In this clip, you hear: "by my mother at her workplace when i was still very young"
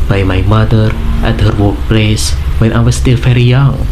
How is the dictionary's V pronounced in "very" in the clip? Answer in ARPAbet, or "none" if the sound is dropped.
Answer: F